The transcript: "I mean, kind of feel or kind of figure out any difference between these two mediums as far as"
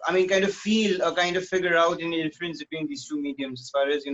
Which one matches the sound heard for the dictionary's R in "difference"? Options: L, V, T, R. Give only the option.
L